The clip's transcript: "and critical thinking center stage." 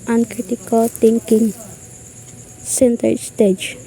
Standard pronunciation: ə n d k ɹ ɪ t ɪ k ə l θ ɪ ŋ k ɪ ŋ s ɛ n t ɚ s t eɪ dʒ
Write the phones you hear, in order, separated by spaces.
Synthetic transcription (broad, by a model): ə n k ɹ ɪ t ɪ k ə l t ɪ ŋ k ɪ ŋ s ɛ n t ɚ s t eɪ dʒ